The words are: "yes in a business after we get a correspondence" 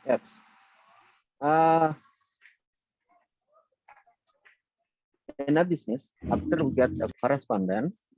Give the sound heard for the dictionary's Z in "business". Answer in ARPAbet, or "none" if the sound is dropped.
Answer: S